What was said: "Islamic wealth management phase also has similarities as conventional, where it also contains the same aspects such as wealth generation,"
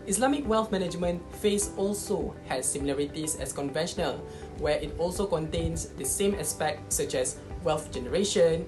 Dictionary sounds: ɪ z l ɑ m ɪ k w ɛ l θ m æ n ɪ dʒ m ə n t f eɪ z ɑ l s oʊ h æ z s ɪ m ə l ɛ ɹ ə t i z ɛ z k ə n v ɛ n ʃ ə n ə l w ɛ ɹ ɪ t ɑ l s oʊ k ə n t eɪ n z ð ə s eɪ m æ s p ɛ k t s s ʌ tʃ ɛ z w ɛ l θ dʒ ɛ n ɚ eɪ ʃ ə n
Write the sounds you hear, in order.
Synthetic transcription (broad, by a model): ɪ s l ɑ m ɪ k w ɛ l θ m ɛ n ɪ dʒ m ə n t f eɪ s ɑ l s oʊ h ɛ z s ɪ m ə l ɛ ɹ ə t i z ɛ s k ə n v ɛ n ʃ ə n ə l w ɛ ɪ t ɑ l s oʊ k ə n t eɪ n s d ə s eɪ m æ s p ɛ k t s s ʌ tʃ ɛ s w ɛ l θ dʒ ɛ n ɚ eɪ ʃ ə n